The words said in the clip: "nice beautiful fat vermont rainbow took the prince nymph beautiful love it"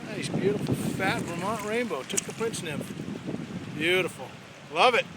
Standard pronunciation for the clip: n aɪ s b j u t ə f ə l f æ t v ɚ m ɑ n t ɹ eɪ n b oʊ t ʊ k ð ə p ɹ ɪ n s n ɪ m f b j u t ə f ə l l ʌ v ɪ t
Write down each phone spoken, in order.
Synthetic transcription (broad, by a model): n aɪ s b j u t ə f l f æ t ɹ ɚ m ɑ n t ɹ eɪ n b oʊ t ʊ k ð ə p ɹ ɪ n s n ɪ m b j u t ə f l l ʌ v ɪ t